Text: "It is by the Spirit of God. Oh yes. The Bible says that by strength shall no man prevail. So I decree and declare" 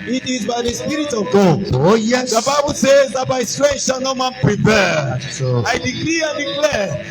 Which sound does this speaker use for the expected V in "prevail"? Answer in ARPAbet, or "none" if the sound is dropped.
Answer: P